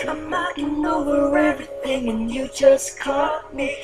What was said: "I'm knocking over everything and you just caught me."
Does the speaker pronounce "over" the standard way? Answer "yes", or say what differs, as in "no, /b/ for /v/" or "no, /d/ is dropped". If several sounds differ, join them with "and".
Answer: no, /w/ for /v/